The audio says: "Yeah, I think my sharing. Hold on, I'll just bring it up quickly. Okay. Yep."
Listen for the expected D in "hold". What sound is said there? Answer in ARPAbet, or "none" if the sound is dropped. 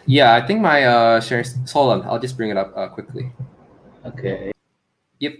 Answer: none